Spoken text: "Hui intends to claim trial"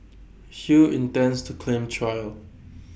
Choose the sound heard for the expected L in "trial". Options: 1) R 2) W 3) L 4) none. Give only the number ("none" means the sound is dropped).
3